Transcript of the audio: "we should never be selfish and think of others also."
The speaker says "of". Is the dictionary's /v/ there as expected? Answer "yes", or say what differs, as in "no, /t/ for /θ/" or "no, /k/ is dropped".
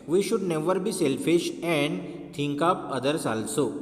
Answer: no, /p/ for /v/